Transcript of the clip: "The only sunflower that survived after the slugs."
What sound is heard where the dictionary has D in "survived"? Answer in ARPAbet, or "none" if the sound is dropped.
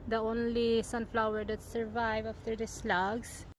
none